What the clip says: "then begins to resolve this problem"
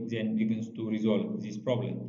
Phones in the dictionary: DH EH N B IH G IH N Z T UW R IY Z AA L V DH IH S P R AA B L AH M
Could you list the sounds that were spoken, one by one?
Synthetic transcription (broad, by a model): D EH N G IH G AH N S T UW R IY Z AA L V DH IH S P R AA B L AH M